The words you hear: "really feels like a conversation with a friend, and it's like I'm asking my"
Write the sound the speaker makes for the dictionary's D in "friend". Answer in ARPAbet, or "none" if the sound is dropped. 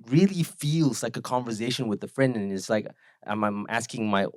D